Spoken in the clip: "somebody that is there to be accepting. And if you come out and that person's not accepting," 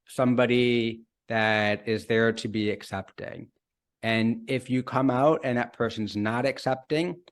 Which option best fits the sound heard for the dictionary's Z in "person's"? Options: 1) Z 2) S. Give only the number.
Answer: 1